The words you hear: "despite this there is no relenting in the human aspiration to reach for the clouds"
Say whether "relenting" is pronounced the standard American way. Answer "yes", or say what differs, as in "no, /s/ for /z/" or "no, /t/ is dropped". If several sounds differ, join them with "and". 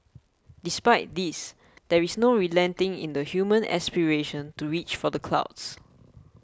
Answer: yes